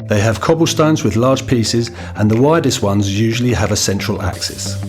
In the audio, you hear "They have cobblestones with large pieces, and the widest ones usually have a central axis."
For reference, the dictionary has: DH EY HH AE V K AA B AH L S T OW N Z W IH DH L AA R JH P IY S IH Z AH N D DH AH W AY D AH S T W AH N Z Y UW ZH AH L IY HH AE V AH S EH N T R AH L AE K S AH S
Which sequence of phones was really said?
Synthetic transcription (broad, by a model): DH EY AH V K AA B AH L S T OW N Z W IH DH L AA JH P IY S IH Z AH N DH AH W AY D AH S T W AH N Z Y UW ZH AH L IY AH V AH S EH N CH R AH L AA K S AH S